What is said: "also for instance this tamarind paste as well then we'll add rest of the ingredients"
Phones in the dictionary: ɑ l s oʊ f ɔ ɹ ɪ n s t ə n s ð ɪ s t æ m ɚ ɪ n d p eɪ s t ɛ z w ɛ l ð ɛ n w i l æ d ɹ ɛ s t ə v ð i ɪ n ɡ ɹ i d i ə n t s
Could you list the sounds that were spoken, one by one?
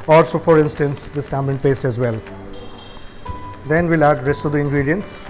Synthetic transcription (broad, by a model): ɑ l s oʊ f ɔ ɹ ɪ n s t ə n s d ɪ s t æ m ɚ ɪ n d p eɪ s t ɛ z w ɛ l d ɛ n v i l æ d ɹ ɛ s t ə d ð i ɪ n ɡ ɹ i d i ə n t s